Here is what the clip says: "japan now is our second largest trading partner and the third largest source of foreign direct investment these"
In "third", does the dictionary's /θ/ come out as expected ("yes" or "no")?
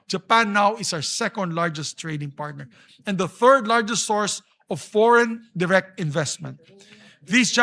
yes